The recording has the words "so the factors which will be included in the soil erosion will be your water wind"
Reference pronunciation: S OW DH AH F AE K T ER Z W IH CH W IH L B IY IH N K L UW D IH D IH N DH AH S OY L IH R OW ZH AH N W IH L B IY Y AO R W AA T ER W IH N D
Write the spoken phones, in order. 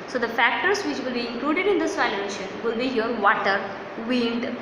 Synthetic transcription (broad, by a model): S OW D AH F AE K T ER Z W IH CH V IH L B IY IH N K L UW D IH D IH N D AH S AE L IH EH SH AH N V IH L B IY Y AO R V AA T ER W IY N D